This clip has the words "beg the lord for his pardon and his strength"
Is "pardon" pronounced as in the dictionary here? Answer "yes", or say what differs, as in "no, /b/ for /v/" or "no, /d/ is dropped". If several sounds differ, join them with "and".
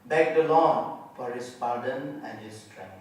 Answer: yes